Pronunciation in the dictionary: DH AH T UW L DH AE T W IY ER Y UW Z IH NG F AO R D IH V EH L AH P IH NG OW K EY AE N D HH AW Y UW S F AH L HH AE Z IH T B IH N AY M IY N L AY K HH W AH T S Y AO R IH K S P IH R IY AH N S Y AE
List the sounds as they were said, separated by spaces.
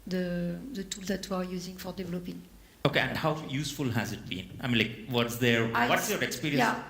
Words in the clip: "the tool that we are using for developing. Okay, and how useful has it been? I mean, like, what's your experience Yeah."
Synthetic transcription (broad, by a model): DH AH T UW L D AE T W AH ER Y UW Z IH NG F AO R D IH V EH L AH P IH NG OW K EY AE N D HH AW Y UW S F AH L HH AE Z IH T B IH N AY M IY N L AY K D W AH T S Y AO R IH K S P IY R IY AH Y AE